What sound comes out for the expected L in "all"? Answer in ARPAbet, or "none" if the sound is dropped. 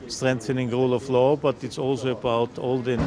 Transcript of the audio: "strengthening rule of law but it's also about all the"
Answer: L